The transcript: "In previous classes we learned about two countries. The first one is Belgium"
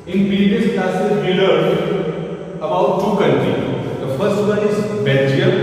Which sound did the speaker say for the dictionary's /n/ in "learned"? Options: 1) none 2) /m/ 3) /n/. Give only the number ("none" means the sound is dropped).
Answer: 1